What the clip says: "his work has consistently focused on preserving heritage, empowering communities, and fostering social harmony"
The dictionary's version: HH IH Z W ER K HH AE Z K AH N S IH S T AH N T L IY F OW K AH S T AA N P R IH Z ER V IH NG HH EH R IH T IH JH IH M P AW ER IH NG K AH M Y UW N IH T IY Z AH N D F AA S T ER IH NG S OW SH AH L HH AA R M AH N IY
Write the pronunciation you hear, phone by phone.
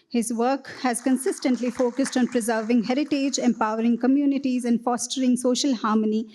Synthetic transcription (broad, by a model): HH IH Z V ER K HH AE Z K AH N S IH S T AH N T L IY F OW K AH S T AA N P R IH Z ER V IH NG HH EH R IH T IH JH IH M P AW ER IH NG K AH M Y UW N IH T IY Z AH N D F AA S T ER IH NG S OW SH AH L HH AA R M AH N IY